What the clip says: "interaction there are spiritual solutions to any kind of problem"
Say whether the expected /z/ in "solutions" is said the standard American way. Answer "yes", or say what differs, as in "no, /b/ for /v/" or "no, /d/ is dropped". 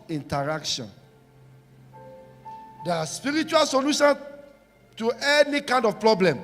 no, /z/ is dropped